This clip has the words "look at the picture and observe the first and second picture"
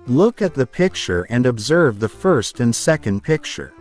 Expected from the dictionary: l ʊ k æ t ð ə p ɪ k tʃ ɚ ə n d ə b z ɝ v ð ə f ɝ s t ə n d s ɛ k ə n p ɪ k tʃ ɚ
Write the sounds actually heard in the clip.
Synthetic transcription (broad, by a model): l ʊ k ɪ t ð ə p ɪ k tʃ ɚ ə n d ə b z ɝ v ð ə f ɝ s t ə n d s ɛ k ə n p ɪ k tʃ ɚ